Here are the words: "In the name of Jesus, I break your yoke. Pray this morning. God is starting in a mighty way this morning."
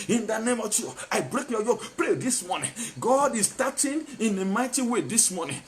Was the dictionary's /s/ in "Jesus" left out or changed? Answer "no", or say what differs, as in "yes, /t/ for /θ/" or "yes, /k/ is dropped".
yes, /s/ is dropped